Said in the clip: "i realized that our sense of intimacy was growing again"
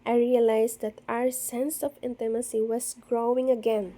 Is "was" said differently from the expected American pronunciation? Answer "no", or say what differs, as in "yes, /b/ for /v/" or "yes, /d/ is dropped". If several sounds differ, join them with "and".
yes, /s/ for /z/